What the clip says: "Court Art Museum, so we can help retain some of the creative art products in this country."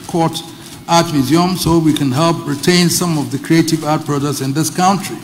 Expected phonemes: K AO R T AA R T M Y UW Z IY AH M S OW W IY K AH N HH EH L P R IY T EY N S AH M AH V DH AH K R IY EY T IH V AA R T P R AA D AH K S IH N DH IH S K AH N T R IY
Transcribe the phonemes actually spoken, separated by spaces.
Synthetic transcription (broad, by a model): K AO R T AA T M Y UW Z IY AH M S OW W IY K AH N HH EH L P R IY T EY N S AH M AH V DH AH K R IY EY T IH V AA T P R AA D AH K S IH N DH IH S K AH N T R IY